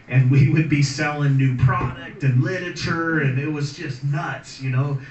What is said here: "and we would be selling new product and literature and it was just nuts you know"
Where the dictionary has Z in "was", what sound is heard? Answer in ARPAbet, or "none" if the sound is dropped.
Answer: Z